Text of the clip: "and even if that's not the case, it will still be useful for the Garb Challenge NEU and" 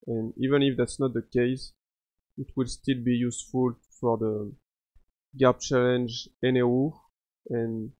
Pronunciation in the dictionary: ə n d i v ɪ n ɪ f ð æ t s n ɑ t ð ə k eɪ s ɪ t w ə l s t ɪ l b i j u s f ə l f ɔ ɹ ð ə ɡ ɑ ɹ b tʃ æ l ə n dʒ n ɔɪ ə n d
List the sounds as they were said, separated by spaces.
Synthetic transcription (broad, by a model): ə n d i v ɪ n ɪ f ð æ t s n ɑ t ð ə k eɪ s ɪ t w ə l s t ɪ l b i j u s f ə l f ɔ ɹ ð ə ɡ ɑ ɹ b tʃ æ l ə n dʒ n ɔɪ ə n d